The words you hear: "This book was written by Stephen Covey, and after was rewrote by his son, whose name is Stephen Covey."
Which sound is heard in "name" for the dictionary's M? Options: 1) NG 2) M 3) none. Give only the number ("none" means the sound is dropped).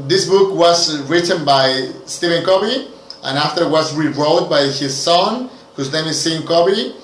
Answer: 3